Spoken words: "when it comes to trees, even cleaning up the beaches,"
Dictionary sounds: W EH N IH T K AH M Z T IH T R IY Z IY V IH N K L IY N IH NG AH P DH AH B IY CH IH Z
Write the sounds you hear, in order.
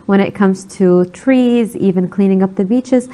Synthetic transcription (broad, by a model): W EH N IH T K AH M Z T IH T R IY Z IY V IH N K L IY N IH NG AH P DH AH B IY CH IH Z